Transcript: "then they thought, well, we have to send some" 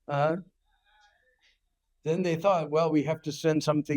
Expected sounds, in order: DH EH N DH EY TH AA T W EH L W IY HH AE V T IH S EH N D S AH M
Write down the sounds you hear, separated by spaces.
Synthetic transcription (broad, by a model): DH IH N DH EY TH AA T W EH L W IY HH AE F T IH S EH N D S AH M